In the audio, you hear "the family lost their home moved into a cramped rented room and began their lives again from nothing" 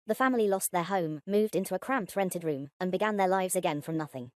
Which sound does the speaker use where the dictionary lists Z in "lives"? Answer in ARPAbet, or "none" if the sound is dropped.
Z